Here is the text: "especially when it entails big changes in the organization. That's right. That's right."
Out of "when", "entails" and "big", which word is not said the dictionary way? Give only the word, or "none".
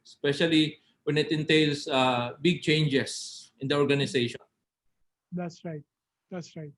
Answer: entails